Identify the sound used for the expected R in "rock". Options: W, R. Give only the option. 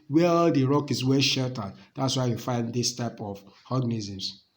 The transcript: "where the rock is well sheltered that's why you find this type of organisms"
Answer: R